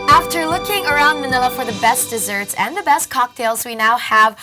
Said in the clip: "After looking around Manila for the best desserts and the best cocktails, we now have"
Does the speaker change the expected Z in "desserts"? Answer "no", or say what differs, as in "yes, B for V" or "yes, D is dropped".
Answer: no